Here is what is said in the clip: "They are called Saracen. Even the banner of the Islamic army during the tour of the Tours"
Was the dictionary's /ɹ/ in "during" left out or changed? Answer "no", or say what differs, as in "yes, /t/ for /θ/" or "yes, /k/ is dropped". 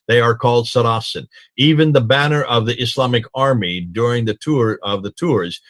no